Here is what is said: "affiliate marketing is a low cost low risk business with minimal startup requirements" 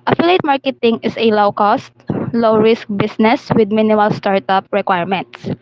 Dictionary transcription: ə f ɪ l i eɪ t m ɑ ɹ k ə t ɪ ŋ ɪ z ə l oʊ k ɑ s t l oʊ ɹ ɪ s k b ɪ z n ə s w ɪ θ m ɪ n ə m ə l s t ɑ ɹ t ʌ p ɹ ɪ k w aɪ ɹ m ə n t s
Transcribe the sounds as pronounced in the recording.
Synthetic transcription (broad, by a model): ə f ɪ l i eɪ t m ɑ ɹ k ə t ɪ ŋ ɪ s ə l oʊ k ɑ s t l oʊ ɹ ɪ s k b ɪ s n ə s w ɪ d m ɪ n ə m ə l s t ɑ ɹ t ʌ p ɹ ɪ k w aɪ ɹ m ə n t s